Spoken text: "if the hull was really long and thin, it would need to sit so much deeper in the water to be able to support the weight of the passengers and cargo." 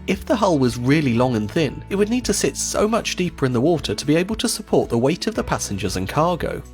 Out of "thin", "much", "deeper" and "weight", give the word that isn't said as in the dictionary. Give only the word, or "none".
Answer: none